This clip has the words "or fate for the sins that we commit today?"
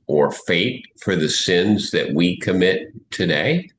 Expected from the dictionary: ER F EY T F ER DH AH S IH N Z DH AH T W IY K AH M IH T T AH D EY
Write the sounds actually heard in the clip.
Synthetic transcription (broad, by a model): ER F EY T F ER DH AH S IH N Z DH AH T W IY K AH M IH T T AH D EY